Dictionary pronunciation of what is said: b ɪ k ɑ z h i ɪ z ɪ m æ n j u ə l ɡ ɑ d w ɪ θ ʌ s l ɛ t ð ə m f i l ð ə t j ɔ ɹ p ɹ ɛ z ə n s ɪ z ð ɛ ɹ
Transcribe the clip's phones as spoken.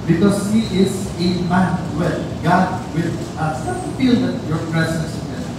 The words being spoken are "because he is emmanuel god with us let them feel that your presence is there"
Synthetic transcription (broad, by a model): b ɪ k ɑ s h i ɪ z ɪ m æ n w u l ɡ ɑ d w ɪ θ ʌ s n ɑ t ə f i l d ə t j ɔ ɹ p ɹ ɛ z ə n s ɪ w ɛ